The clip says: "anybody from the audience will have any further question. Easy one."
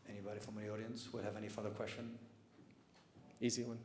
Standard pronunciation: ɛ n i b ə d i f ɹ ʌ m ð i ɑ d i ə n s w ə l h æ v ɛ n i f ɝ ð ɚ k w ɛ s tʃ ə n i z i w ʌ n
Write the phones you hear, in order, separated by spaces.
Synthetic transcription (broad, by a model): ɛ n i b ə d i f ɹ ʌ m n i ɑ d i ə n s w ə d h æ v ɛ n i f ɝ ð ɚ k w ɛ s tʃ ə n i z i w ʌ n